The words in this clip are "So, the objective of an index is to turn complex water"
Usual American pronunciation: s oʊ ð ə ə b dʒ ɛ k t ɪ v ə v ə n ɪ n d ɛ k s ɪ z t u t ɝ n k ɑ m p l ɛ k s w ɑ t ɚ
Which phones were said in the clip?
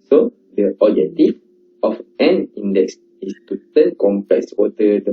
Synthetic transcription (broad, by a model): s oʊ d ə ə dʒ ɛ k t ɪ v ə f ə n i n d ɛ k s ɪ s t u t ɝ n k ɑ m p ɛ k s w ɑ t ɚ